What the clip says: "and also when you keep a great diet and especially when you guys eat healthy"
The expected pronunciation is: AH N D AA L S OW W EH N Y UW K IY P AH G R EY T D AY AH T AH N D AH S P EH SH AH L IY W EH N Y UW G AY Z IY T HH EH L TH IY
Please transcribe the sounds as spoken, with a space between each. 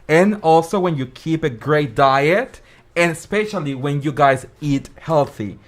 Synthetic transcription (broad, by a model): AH N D AA L S OW W EH N Y UW K IY P AH G R EY T D AY AH T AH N S P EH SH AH L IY W EH N Y UW G AY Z IY T HH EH L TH IY